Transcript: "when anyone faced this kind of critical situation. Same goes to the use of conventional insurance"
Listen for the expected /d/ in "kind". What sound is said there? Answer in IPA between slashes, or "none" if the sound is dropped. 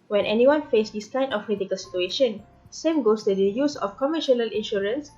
none